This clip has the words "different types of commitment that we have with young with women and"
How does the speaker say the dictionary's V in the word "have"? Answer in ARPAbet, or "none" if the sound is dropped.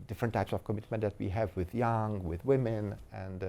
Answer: V